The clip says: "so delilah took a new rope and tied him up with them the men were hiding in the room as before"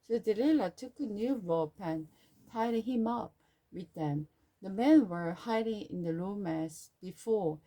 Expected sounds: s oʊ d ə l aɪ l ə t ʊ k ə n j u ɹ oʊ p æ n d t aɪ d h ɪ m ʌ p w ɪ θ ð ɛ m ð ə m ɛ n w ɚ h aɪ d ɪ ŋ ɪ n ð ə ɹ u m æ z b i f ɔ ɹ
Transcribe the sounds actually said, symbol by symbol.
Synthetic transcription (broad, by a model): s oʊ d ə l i l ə t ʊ k ə n j u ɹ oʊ p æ n t aɪ d h ɪ m ʌ p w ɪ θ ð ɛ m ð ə m ɛ n w ɚ h aɪ d ɪ ŋ ɪ n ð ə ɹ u m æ s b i f ɔ ɹ